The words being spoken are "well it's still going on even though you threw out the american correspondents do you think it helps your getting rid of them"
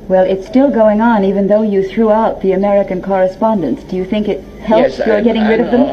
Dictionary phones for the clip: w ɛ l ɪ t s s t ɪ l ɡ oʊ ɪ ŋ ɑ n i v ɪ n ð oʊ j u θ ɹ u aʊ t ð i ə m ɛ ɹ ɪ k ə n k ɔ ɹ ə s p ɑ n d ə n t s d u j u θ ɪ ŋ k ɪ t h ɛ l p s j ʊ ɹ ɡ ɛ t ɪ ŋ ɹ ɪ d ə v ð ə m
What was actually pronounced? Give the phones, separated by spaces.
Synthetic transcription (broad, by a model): w ɛ l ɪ t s s t ɪ l ɡ oʊ ɪ ŋ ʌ n i v ɪ n ð oʊ j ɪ θ ɹ u aʊ t ð i ə m ɛ ɹ ɪ k ə n k ɔ ɹ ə s p ɑ n d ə n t s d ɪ j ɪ θ ɪ ŋ k ɪ t h ɛ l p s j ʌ ɹ ɡ ɛ t ɪ ŋ ɹ ɪ d ə v ð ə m